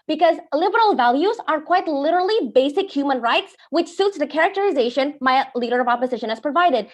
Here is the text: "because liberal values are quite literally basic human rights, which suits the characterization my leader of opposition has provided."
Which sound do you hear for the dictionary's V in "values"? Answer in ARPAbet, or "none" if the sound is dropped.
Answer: V